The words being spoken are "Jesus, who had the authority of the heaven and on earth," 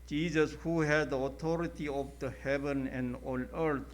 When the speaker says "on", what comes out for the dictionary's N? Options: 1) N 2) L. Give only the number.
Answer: 2